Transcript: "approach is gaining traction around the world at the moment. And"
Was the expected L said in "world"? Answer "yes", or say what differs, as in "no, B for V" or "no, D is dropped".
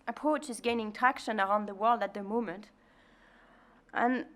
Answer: yes